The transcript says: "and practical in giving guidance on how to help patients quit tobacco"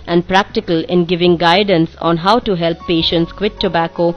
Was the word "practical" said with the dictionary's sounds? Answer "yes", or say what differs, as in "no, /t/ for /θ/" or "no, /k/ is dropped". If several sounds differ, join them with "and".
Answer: yes